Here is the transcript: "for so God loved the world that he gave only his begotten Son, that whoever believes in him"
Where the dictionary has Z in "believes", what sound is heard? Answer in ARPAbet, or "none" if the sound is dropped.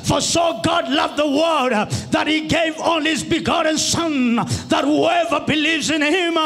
Z